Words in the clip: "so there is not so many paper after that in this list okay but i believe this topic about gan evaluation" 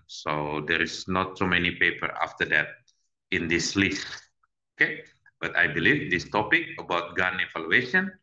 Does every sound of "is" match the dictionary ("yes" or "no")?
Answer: no